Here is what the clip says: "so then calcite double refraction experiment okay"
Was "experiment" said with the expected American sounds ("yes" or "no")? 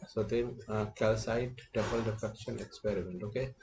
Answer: yes